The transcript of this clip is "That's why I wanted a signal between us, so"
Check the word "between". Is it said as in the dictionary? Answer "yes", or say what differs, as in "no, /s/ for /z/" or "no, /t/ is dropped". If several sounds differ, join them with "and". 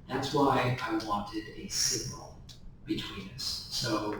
yes